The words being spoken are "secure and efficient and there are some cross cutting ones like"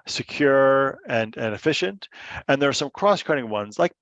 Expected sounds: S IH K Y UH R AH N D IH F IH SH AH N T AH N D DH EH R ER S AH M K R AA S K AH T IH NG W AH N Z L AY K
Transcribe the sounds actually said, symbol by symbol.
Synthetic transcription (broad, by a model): S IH K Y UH R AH N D IH F IH SH AH N T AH N DH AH R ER S AH M K R AA S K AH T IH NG W AH N Z L AY K